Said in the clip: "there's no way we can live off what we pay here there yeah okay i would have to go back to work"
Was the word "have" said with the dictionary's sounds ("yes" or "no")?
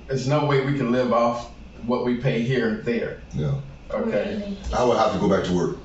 no